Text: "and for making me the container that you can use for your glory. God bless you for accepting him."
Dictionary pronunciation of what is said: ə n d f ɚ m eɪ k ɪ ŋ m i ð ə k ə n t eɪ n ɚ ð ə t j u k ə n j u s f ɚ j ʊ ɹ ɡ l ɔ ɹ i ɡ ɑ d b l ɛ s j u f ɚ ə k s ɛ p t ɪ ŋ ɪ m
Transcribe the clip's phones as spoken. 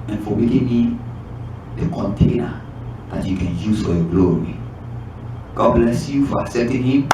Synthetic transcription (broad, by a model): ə n f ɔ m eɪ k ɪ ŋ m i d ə k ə n t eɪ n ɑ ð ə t j u k ə n j u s f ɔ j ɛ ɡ l ɔ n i ɡ ɑ d b l ɛ s j u f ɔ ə s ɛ t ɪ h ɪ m